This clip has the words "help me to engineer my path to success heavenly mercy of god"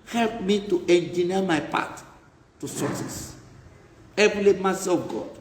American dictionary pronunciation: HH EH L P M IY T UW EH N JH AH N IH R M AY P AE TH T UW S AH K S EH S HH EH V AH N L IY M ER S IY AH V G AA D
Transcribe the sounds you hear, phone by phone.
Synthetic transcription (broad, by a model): HH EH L P M IY T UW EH N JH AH N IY M AY P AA T T UW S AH S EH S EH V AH L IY M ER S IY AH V G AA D